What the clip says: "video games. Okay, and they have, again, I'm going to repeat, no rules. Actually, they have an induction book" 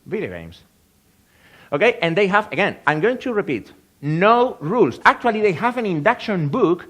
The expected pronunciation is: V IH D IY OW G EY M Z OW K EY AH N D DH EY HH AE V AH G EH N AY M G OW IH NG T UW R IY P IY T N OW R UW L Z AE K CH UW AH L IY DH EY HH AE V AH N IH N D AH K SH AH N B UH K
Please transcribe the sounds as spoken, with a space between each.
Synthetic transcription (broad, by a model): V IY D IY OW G EY M S OW K EY AH N D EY HH AE V AH G EH N AY M G OW IH NG T UW R IY P IY T N OW R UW L S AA K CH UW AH L IY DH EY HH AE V AH N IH N D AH K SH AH N B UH K